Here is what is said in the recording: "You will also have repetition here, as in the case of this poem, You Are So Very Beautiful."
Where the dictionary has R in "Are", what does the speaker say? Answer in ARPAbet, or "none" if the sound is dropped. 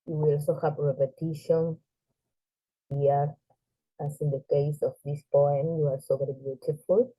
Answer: L